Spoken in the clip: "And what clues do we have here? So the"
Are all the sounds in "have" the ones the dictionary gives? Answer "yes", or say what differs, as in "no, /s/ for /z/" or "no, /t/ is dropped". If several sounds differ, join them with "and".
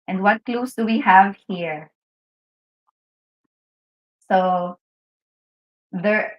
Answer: yes